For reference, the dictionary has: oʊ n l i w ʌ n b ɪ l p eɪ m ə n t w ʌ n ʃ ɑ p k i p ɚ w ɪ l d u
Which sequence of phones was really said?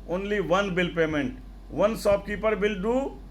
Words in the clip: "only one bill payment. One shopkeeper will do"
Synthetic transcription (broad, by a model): oʊ n l i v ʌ n b ɪ l p eɪ m ə n t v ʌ n s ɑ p k i p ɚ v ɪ l d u